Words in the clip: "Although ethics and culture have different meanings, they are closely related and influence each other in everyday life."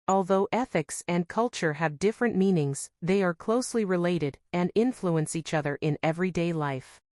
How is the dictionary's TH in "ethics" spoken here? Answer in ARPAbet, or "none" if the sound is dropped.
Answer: TH